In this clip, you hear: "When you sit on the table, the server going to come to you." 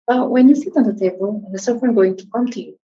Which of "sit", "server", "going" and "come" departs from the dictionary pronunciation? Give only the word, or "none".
server